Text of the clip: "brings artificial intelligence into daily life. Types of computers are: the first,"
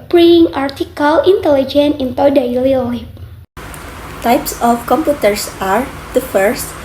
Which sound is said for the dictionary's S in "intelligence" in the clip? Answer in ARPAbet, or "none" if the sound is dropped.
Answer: none